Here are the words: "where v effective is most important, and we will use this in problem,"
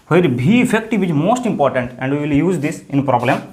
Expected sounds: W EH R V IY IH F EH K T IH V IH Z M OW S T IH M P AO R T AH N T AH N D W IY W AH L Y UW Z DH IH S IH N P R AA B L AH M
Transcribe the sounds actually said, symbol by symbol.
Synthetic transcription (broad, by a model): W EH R B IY IH F EH K T IH V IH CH M OW S T IH M P AO R T AH N T AH N D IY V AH L Y UW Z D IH S IH N P R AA B L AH M